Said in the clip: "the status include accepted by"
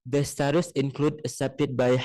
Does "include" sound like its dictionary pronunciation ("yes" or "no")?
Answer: yes